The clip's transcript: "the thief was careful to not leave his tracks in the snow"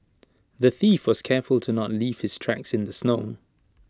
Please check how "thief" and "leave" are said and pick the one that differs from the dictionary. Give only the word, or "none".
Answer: none